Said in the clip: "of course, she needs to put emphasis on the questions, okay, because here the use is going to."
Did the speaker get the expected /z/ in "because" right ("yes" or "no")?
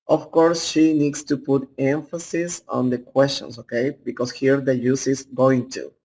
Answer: no